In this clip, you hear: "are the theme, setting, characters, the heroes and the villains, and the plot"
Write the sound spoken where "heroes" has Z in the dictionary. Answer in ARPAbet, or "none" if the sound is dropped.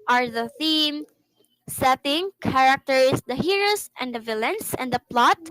S